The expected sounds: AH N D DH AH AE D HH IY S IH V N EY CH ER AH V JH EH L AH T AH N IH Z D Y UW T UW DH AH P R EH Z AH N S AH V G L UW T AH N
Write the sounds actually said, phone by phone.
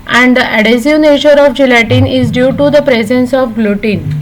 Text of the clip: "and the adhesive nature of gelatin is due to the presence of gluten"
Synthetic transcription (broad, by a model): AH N D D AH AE D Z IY IH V N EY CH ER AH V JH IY L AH T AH N IH Z D Y UW T UW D AH P R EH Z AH N S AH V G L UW T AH N